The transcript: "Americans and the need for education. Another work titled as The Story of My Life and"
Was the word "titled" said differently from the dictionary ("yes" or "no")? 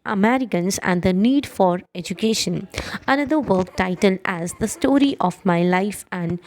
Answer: no